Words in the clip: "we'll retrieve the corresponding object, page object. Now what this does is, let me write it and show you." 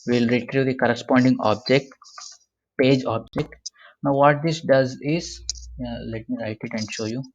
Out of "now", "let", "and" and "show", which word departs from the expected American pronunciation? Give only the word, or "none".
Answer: none